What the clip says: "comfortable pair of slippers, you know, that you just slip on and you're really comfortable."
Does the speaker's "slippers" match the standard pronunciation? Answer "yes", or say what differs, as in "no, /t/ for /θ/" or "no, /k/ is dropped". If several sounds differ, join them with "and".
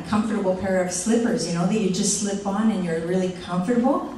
yes